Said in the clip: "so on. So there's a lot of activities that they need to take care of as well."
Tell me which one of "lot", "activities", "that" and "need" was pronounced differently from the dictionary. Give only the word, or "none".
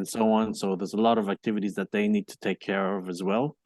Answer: none